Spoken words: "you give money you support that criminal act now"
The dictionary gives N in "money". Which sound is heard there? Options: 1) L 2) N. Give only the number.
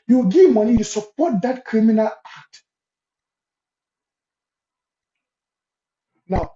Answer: 1